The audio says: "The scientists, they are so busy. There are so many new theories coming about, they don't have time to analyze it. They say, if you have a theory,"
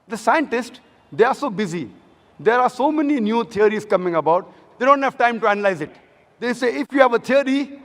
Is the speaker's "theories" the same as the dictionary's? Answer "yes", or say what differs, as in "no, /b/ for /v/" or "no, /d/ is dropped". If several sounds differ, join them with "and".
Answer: no, /t/ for /θ/